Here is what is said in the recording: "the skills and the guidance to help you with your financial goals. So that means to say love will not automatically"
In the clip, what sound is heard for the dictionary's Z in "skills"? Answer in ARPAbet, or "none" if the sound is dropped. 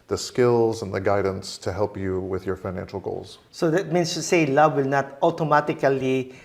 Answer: Z